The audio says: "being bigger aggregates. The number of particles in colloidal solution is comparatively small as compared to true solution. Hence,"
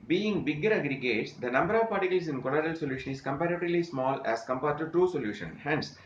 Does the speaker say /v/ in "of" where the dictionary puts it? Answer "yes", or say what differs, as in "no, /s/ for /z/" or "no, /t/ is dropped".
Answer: yes